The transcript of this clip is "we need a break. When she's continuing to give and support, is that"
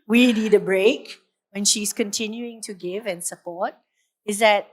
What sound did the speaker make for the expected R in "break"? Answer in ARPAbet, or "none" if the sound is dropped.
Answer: R